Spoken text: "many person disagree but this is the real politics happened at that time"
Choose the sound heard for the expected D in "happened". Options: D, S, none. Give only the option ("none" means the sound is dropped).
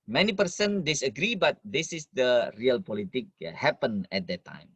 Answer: none